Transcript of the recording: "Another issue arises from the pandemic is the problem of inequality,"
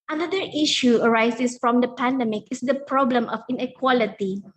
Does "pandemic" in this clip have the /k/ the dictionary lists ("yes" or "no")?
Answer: yes